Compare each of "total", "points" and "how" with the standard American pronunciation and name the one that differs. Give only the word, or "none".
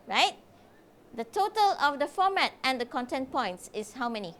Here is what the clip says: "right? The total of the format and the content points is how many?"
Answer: none